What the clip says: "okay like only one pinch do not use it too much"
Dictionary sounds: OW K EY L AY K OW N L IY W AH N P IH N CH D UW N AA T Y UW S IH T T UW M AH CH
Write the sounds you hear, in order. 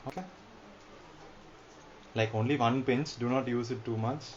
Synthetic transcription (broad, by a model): OW K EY L AY K OW N L IY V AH N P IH N S D UW N AA T Y UW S IH T T UW M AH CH